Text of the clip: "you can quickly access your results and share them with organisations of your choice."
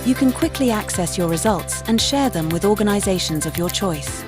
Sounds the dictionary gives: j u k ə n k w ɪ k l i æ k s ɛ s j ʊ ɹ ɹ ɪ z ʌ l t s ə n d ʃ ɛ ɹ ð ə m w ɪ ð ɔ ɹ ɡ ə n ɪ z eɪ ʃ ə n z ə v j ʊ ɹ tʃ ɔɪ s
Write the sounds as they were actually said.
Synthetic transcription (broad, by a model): j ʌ k ə n k w ɪ k l i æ k s ɛ s j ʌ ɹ ɹ ɪ z ʌ l t s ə n ʃ ɛ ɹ ð ə m w ɪ ð ɔ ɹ ɡ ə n ɪ z eɪ ʃ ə n z ə v j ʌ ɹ tʃ ɔɪ s